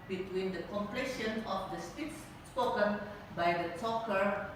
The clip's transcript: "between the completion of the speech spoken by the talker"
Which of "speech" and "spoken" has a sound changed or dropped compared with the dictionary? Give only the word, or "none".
speech